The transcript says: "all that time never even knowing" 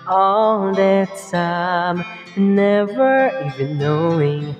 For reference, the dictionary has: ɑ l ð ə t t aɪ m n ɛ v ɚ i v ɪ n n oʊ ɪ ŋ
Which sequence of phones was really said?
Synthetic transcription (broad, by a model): ɑ l ð ə t s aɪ m n ɛ v ɚ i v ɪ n n oʊ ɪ ŋ